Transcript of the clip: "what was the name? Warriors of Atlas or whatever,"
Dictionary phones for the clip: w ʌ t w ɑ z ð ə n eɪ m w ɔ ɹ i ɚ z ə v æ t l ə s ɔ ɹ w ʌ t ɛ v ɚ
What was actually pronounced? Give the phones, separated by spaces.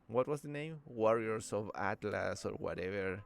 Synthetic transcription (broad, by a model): w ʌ t w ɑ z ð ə n eɪ m w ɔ ɹ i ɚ s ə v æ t l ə s ɔ ɹ w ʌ t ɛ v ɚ